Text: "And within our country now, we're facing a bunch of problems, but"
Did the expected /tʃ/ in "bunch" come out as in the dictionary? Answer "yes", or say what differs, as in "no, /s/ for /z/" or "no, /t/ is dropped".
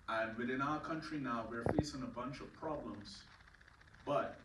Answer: yes